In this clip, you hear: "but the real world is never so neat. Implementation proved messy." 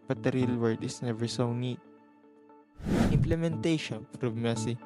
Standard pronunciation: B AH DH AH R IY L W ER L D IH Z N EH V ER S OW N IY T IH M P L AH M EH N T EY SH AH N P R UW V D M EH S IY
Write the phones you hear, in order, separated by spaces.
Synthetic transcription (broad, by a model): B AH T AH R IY L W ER D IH S N EH V ER S OW N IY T IH M P L AH M EH N T EY SH AH N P R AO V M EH S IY